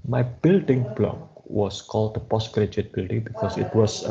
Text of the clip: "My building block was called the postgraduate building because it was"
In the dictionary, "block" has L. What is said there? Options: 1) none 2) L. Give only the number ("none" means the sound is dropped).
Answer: 2